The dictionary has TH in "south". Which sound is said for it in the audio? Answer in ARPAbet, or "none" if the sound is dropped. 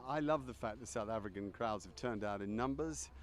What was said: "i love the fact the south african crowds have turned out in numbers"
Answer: TH